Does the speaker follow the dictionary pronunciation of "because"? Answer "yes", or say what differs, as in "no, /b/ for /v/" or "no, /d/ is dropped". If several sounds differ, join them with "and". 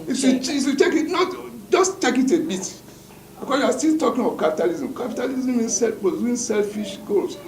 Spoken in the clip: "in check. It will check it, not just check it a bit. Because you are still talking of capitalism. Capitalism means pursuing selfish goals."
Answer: no, /z/ is dropped